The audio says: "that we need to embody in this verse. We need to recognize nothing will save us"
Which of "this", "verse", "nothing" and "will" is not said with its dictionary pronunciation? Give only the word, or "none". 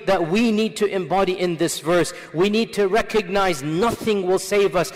none